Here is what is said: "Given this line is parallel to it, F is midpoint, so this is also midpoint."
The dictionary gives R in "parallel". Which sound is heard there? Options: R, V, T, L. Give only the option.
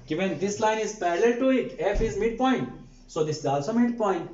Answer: L